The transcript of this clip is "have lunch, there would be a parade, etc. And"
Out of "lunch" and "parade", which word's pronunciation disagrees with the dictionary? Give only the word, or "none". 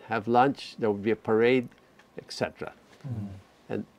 none